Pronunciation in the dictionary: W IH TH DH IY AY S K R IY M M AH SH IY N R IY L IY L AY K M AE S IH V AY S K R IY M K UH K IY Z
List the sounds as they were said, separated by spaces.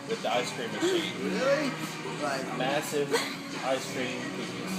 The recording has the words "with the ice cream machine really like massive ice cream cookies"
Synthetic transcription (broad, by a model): W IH DH IY AY S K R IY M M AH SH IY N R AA IY M AE S IH V AY S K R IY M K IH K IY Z